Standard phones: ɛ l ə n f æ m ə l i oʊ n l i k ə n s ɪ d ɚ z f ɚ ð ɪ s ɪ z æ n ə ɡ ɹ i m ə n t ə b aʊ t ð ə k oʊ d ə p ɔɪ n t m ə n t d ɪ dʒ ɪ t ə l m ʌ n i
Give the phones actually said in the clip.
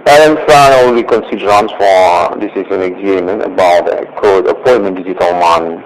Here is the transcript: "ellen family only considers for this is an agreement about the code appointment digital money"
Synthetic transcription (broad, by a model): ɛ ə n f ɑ ə n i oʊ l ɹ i k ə n s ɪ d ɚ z f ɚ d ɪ s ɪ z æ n ə ɡ ɹ i m ə n t ə b aʊ t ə k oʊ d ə p ɔɪ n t m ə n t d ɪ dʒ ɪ t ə l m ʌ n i